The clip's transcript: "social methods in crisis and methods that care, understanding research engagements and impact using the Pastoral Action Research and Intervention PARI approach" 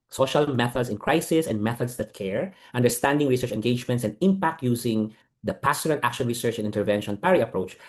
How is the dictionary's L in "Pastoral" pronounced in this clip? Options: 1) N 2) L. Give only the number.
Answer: 1